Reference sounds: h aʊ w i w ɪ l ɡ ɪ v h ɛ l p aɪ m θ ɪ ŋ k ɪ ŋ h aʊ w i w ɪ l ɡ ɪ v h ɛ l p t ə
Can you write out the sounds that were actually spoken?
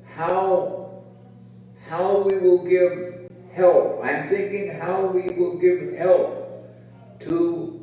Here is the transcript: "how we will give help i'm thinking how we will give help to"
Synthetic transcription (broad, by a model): h aʊ w i w ɪ l ɡ ɪ v h ɛ l p aɪ m θ ɪ ŋ k ɪ ŋ h aʊ w i w ɪ l ɡ ɪ v h ɛ l p t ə